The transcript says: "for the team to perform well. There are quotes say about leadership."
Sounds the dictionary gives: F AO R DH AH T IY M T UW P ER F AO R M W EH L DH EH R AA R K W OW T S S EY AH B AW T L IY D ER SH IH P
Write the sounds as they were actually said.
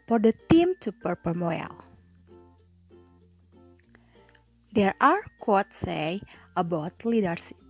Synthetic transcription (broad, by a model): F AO R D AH T IY M T UW P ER P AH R M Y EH L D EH R AA R K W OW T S S EY AH B AW T L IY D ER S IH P